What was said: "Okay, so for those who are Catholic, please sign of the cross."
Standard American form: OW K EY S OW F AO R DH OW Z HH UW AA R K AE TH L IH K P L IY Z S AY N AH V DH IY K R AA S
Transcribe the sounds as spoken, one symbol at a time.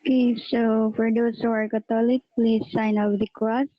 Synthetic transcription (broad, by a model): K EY S OW F AO R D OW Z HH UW AA R K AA T L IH K P L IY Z S AY N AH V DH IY K R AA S